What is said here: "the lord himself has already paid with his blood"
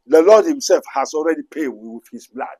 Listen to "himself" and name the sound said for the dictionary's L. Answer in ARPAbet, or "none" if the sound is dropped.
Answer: L